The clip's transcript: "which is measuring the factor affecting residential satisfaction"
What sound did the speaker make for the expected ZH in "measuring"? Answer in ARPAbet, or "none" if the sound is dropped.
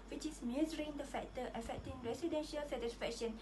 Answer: Z